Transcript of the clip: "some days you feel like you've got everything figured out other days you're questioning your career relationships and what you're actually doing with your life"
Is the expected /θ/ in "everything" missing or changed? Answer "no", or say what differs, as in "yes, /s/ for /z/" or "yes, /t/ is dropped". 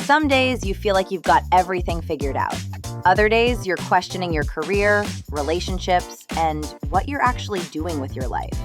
no